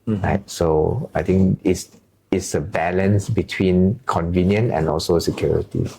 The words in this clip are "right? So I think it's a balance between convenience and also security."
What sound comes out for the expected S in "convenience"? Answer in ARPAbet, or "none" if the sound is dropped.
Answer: none